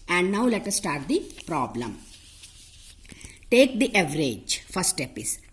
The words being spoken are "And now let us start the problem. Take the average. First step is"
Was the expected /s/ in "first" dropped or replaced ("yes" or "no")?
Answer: yes